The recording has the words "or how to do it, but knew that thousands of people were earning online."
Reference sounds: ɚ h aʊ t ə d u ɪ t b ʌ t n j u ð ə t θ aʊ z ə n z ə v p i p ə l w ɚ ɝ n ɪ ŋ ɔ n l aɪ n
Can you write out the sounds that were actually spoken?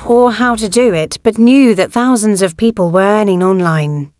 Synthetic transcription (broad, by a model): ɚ h aʊ t ə d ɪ ɪ t b ʌ t n j u ð ə t θ aʊ z ə n z ə v p i p ə l w ɚ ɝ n ɪ ŋ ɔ n l aɪ n